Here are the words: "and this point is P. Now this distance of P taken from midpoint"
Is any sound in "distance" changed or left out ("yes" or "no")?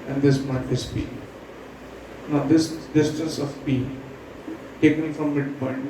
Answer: no